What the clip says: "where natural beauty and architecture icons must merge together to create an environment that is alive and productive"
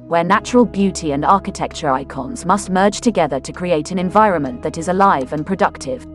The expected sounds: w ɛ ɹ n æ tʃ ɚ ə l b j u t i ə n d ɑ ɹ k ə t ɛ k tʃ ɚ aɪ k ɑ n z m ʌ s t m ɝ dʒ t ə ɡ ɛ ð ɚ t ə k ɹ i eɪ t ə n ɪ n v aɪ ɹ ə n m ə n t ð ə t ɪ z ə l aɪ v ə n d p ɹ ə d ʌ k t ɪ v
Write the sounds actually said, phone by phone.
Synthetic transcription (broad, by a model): w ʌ n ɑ tʃ ɚ ə l b j u t i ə n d ɑ k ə t ɛ k tʃ ɚ aɪ k ɑ n z m ʌ s t m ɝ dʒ t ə ɡ ɛ ð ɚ t ə k ɹ i eɪ t ə n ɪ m v aɪ ɹ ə n m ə n t ð ə t ɪ z ə l aɪ v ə n p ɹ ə d ʌ k t ɪ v